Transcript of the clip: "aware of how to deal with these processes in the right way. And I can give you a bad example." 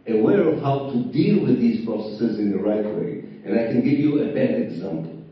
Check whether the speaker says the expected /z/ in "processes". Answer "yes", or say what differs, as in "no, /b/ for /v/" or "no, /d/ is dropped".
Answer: yes